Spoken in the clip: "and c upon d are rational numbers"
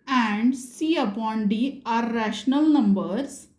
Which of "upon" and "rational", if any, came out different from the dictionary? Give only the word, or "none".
none